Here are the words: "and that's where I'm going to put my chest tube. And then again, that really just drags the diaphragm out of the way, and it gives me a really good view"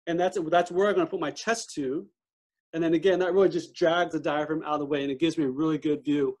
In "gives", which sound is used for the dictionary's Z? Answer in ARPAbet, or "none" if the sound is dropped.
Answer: Z